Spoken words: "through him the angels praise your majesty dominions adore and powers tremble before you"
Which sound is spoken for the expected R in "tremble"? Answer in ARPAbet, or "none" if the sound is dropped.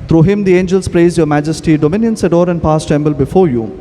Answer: none